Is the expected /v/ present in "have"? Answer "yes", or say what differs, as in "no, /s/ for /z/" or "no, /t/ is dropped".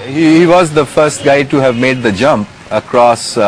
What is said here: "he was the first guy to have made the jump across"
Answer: yes